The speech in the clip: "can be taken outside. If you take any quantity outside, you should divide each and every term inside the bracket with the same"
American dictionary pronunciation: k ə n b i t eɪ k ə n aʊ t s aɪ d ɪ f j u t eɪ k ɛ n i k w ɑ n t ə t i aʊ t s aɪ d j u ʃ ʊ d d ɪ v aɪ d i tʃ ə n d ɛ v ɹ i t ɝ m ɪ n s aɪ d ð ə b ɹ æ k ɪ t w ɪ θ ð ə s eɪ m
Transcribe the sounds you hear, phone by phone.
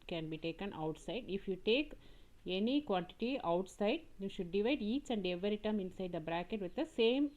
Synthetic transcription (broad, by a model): k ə n b i t eɪ k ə n aʊ t s aɪ d ɪ f j u t eɪ k ɛ n i k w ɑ n t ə t i aʊ t s aɪ d j u ʃ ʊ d d ɪ v aɪ d i tʃ ə n d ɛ v ɹ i t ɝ m ɪ n s aɪ d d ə b ɹ æ k ɪ t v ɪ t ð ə s eɪ m